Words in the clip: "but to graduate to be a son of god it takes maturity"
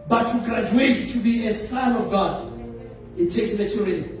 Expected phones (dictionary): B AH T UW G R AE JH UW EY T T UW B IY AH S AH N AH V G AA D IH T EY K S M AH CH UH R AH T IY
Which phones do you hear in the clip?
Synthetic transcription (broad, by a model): B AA T UW G R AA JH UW EY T T UW B IY AH S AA N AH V G AA D IH T EY K S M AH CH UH R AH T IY